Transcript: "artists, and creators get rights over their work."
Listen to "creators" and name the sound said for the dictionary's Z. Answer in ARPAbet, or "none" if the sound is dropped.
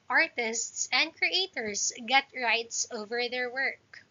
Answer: S